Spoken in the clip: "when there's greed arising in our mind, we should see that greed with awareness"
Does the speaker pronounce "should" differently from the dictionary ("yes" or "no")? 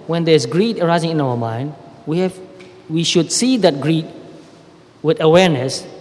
no